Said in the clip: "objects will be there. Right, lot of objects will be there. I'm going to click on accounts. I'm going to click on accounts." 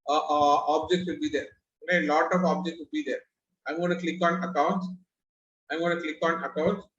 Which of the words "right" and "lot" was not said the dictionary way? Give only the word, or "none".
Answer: right